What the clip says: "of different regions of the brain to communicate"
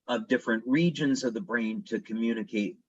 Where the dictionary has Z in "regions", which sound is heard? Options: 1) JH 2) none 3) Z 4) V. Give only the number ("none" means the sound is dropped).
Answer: 3